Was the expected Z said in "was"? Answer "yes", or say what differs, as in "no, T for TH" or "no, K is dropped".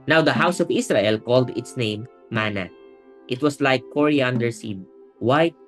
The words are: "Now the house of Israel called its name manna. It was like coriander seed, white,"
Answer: no, S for Z